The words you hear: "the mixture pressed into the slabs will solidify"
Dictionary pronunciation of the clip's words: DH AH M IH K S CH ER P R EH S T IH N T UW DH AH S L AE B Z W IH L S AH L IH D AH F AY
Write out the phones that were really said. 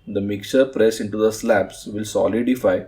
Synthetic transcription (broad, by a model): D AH M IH K CH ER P R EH S IH N T UW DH AH S L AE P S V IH L S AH L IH D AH F AY